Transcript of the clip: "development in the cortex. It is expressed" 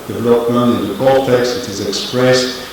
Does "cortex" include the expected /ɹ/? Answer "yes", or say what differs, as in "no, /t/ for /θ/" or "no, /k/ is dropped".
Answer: no, /l/ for /ɹ/